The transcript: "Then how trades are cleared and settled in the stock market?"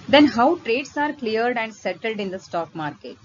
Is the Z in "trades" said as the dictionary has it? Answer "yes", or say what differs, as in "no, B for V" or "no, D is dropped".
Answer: no, S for Z